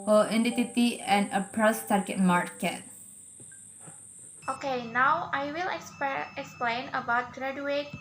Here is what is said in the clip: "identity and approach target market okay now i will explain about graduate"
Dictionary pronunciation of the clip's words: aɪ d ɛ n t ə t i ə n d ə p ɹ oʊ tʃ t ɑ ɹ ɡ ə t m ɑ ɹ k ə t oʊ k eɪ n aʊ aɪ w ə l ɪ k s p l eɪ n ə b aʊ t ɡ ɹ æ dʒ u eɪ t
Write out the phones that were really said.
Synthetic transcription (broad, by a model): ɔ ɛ n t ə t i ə n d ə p ɹ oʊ s t ɑ ɹ ɡ ə t m ɑ ɹ k ə t oʊ k eɪ n aʊ aɪ w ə l ɪ k s p l eɪ n ə b aʊ t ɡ ɹ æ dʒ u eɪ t